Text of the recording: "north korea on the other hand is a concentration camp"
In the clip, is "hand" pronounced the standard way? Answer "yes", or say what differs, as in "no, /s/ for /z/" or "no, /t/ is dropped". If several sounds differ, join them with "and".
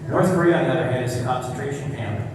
no, /n/ is dropped